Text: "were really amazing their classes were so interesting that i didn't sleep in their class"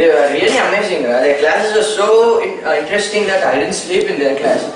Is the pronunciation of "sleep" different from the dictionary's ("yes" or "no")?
no